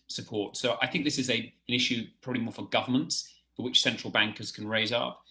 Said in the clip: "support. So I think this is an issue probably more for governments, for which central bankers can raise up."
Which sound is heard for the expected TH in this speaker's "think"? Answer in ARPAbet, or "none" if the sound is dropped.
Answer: TH